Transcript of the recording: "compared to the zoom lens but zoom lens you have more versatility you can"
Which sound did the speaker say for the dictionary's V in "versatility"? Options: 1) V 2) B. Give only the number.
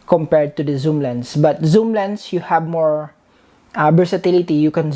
2